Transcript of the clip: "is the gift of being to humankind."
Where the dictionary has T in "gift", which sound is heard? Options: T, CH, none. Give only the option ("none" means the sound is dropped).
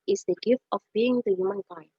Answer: T